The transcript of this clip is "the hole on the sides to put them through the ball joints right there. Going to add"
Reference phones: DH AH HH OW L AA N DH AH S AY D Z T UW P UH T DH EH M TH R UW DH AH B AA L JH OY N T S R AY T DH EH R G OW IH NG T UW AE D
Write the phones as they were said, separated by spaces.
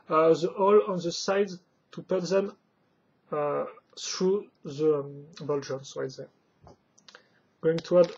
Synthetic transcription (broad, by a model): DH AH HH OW L AA N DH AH S AY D T UW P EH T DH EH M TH R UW DH AH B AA L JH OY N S W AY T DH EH G OW IH NG T UW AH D